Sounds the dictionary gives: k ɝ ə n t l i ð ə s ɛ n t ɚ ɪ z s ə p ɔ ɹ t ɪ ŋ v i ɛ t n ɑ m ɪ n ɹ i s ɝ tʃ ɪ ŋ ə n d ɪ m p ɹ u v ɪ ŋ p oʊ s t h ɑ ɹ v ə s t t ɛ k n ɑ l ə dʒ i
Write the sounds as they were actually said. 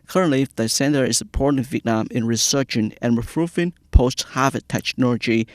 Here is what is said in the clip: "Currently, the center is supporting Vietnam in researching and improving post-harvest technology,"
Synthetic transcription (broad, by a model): k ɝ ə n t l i ð ə s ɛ n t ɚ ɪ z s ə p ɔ ɹ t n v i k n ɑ m ɪ n ɹ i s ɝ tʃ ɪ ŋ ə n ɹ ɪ p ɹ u f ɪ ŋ p oʊ s t h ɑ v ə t t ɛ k n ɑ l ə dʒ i